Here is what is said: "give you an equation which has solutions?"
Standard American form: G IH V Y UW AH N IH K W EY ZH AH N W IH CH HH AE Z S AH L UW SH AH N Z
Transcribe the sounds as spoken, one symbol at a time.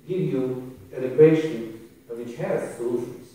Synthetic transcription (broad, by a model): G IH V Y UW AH L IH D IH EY SH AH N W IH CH HH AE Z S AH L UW SH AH N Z